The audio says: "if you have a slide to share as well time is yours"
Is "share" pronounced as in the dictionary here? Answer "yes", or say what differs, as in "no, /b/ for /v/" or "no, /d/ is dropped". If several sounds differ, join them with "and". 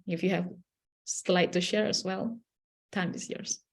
yes